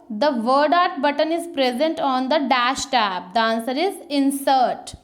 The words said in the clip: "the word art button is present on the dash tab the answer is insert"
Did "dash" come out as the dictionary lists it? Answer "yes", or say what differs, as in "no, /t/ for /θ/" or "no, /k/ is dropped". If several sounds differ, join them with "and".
yes